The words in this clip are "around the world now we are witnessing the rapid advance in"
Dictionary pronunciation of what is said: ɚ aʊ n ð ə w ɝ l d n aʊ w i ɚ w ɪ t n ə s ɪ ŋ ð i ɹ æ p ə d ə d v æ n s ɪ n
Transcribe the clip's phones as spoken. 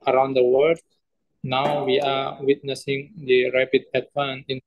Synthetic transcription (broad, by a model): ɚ aʊ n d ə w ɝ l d n aʊ w i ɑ w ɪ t n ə s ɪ ŋ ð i ɹ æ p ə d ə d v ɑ n ɪ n